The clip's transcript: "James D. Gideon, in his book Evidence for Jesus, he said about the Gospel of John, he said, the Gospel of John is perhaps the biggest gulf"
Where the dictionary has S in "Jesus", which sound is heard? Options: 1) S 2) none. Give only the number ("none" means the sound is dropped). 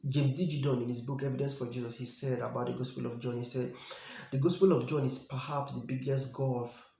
1